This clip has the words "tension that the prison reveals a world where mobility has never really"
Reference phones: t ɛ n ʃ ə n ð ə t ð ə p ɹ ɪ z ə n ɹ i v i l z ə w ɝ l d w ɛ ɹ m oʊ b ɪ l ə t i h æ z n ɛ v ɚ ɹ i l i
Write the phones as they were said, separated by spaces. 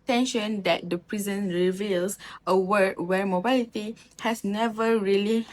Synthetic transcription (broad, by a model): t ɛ n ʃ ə n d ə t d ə p ɹ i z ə n ɹ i v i l s ə w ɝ d w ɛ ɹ m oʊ b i l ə t i h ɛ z n ɛ v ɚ ɹ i l i